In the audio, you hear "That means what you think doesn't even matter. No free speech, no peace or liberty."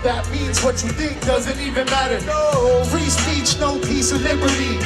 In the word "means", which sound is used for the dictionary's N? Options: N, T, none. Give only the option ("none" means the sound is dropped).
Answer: N